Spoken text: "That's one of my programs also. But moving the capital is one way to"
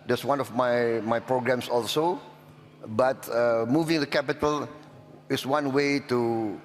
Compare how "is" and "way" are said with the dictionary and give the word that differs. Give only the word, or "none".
is